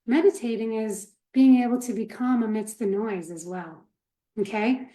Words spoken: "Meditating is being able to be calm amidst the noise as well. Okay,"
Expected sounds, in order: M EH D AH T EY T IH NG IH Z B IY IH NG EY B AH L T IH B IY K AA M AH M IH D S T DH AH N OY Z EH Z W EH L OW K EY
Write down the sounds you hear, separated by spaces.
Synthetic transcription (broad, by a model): M EH D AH T EY T IH NG IH Z B IY IH NG EY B L T IH B IY K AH M AH M IH D S T DH AH N OY Z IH Z W EH L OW K EY